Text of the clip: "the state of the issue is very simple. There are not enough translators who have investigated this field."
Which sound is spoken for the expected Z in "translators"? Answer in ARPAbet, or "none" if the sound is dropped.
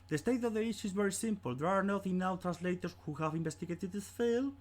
S